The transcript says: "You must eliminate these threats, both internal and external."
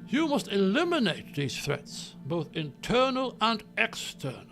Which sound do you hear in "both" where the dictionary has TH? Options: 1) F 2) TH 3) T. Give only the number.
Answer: 2